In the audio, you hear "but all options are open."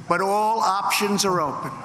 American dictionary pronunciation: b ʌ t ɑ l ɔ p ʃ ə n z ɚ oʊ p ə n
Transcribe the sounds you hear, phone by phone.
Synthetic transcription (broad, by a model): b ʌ t ɑ l ɔ p ʃ ə n z ɚ oʊ p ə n